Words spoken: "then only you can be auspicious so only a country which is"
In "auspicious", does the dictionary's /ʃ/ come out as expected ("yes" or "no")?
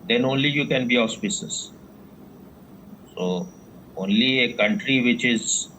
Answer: no